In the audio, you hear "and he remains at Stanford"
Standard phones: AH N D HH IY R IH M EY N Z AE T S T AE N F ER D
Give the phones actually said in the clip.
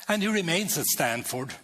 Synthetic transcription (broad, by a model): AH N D HH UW R IH M EY N Z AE T S T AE N F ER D